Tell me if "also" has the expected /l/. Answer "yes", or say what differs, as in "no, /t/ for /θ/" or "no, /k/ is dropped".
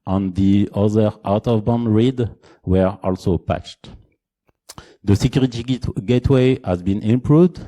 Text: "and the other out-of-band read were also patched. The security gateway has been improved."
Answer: yes